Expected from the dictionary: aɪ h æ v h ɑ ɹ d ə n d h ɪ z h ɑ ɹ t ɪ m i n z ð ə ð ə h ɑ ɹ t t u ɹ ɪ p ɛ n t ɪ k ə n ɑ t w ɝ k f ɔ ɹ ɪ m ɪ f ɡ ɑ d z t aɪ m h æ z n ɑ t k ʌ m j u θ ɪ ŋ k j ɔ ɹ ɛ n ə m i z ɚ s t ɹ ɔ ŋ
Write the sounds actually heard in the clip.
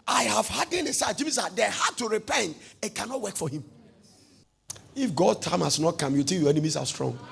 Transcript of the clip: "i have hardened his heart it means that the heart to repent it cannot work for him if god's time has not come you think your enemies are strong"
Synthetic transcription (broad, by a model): aɪ h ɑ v h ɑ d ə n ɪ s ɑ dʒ ɪ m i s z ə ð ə h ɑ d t t u ɹ ɪ p ɛ n t ɪ k ə n ɑ t w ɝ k f ɔ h ɪ m ɪ f ɡ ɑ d t aɪ m h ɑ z n ɑ t k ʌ m j u t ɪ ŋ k j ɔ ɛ n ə m i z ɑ s t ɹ ɔ ŋ